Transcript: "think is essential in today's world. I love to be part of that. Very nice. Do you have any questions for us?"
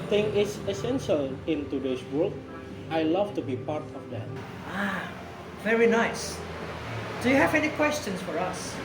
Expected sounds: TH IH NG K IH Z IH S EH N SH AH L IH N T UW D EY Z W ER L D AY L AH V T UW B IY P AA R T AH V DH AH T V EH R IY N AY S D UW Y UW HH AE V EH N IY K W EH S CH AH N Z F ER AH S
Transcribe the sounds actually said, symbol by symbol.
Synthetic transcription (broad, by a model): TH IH NG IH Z IH S EH N SH AH L IH N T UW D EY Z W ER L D AY L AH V T UW B IY P AA R T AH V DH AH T V EH R IY N AY S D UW Y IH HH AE V EH N IY K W EH S CH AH N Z F ER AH S